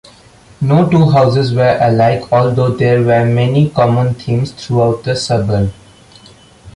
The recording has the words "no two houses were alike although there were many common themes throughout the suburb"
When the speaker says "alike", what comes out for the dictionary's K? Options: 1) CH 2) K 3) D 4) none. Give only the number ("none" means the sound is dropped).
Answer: 2